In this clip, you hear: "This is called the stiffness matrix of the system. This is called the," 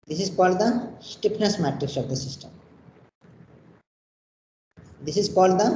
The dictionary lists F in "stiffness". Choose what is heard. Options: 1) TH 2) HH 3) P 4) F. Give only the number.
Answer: 3